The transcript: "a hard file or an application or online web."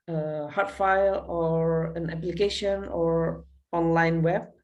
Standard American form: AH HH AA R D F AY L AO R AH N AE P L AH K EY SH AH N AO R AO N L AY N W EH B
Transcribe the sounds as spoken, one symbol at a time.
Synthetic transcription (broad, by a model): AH HH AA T F AY L AO R AH N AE P L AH K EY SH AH N AO R AO N L AY N W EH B